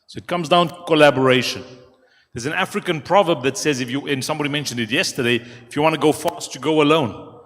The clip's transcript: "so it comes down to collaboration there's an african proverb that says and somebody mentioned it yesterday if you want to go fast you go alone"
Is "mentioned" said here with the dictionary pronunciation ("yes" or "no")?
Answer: yes